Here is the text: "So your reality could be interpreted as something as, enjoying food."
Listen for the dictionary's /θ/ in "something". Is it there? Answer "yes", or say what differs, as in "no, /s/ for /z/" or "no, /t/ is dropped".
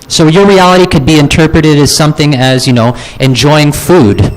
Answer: yes